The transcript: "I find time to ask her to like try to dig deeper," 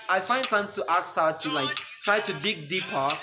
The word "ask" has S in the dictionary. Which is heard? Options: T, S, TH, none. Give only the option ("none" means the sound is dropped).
none